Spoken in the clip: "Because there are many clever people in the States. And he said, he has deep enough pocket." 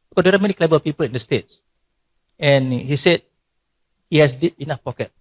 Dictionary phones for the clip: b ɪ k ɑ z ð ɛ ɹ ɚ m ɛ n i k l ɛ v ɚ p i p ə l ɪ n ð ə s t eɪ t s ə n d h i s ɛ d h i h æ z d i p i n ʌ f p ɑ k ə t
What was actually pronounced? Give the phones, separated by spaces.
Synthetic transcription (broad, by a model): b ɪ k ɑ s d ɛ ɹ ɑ m ɛ n i k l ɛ b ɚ p i p ə l ɪ n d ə s t eɪ t s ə n h i s ɛ d h i h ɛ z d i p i n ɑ f p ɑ k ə t